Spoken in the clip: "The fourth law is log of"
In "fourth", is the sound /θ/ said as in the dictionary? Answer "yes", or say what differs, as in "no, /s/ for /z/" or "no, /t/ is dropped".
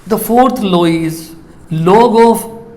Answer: no, /t/ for /θ/